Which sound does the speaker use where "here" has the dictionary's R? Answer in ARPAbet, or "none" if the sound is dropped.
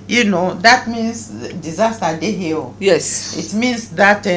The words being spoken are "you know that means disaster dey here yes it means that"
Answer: L